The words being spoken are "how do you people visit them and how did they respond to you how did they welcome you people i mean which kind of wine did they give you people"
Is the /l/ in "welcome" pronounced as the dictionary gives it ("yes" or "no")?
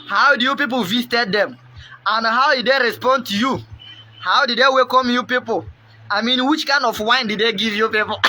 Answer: no